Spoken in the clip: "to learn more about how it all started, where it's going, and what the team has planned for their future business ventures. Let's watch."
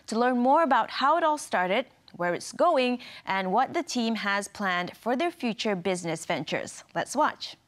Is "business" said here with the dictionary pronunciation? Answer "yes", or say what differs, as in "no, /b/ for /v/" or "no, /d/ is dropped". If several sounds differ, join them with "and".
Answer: yes